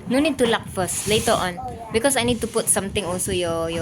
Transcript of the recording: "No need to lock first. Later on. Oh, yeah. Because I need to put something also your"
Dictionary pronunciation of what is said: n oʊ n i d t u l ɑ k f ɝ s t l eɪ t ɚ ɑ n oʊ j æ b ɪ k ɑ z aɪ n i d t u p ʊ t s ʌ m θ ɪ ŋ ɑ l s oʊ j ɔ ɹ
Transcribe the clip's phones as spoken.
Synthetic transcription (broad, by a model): n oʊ n i d t u l ɑ k f ɝ s t l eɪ t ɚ ɑ n b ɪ k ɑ s aɪ n i d t u p ʊ t s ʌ m t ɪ ŋ ɑ l s oʊ j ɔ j